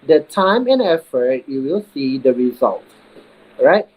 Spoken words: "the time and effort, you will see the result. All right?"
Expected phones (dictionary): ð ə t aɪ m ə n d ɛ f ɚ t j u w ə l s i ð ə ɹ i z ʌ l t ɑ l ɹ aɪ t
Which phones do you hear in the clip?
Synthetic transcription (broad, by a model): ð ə t aɪ m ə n ɛ f ɚ t j u w ə l s i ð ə ɹ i z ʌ l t ɹ aɪ t